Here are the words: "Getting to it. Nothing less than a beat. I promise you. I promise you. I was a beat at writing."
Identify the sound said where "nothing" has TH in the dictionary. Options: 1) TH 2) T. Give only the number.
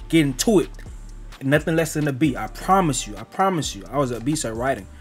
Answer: 1